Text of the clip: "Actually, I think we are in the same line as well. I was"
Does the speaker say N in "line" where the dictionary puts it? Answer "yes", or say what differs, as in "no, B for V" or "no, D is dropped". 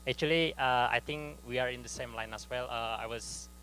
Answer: yes